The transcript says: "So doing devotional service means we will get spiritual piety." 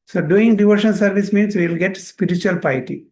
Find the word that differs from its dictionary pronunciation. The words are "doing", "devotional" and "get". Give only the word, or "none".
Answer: devotional